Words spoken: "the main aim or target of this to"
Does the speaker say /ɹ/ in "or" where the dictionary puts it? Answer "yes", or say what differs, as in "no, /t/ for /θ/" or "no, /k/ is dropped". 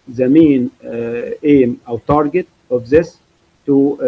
no, /w/ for /ɹ/